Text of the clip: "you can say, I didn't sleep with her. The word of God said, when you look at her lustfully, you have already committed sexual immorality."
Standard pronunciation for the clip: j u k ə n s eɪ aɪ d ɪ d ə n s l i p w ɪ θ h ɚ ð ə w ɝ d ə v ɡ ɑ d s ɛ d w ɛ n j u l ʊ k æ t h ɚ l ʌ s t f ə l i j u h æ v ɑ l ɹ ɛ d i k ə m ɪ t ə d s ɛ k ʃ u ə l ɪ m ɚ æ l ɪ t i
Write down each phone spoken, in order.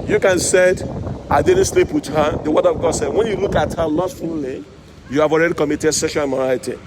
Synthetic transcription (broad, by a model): j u k ə n s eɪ aɪ d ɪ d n s l i p w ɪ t h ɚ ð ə w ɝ d ə v ɡ ɑ d s ɛ d w ɛ n j u l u k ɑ t h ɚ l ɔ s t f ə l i j u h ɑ v ɑ l ɹ ɛ d i k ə m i t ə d s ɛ ʃ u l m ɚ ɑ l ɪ t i